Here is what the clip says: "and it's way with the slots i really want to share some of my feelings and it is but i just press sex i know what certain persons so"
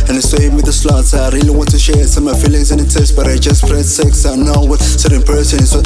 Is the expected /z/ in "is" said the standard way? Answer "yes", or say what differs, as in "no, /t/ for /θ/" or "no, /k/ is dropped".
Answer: no, /s/ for /z/